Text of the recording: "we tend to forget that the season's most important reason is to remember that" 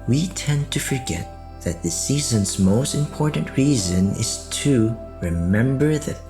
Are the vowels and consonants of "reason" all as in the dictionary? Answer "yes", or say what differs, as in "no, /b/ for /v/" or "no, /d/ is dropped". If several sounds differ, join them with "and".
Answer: yes